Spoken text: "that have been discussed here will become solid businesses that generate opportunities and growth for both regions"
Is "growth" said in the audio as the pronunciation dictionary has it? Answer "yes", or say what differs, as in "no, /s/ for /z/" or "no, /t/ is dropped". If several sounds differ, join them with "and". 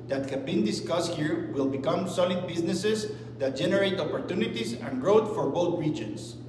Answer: no, /t/ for /θ/